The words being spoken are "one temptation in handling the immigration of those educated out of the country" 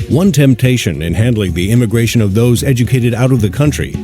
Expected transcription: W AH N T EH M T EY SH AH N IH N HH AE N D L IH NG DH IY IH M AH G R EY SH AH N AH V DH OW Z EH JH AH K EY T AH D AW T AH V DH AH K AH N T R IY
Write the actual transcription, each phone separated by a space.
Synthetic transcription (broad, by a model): W AH N T EH M T EY SH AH N IH N HH AE N D L IH NG DH IY IH M AH G R EY SH AH N AH V DH OW Z EH JH AH K EY T AH D AW T AH V DH AH K AH N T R IY